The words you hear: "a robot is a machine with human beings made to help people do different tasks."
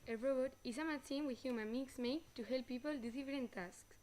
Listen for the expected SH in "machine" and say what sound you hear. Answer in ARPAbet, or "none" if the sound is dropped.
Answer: S